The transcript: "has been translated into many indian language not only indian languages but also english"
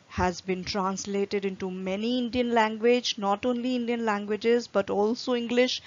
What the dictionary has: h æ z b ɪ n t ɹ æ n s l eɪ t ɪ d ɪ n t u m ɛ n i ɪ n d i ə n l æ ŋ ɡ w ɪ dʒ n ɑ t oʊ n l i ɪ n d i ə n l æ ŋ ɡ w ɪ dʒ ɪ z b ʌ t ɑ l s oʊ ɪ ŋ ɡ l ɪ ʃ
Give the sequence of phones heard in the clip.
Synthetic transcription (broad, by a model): h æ z b ɪ n t ɹ æ n s l eɪ t ɪ d ɪ n t u m ɛ n i ɪ n d i ə n l æ ŋ ɡ w ɪ dʒ n ɑ t oʊ n l i ɪ n d i ə n l æ ŋ ɡ w ɪ dʒ ɪ z b ʌ t ɑ l s oʊ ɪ ŋ ɡ l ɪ ʃ